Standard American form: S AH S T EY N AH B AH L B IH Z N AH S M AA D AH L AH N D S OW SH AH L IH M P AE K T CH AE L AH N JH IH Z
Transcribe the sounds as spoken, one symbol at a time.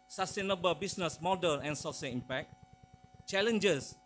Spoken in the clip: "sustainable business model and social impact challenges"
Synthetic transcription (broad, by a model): S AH S T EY N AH B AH L B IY S N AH S M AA D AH N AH N S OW S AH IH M P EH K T CH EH L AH N JH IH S